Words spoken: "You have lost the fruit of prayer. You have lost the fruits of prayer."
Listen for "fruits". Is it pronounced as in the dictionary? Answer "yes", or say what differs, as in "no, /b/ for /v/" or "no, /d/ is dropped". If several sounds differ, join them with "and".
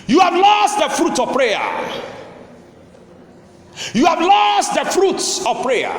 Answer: yes